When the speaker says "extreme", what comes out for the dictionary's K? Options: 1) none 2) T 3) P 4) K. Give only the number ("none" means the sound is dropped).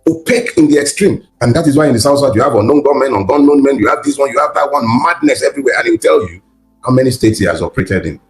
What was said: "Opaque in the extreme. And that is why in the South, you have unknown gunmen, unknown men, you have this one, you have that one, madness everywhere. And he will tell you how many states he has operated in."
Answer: 4